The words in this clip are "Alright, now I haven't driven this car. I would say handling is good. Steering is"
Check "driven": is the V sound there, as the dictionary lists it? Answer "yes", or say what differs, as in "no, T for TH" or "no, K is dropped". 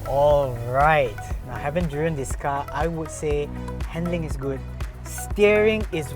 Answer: no, V is dropped